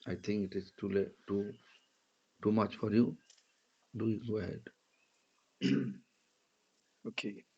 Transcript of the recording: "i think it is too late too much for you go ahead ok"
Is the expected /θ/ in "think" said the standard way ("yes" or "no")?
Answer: no